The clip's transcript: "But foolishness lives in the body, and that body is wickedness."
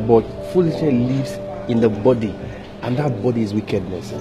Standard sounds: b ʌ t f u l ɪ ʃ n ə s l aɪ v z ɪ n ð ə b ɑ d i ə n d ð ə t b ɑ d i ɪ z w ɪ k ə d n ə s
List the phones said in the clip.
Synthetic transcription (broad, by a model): b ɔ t f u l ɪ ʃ ə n l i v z ɪ n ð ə b ɑ d i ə n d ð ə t b ɑ d i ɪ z w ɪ k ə d n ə s